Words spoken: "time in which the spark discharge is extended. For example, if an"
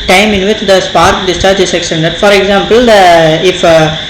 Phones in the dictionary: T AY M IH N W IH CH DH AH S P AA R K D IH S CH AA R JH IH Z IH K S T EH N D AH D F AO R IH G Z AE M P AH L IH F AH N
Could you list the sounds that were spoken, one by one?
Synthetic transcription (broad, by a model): T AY M IH N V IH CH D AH S P AA R K D IH S CH AA R JH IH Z IH K S T EH N D AH D F AO R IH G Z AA M P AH L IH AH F